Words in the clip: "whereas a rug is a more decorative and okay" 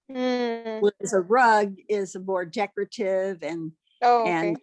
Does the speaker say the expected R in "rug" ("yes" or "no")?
yes